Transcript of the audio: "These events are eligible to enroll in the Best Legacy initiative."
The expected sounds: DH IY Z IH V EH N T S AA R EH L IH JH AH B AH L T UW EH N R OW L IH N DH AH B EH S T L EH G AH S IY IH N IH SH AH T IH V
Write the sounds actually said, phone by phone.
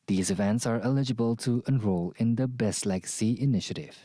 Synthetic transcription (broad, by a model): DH IY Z IH V EH N T S AA R EH L IH JH AH B AH L T UW EH N R OW L IH N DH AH B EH S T L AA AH S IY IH N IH SH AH T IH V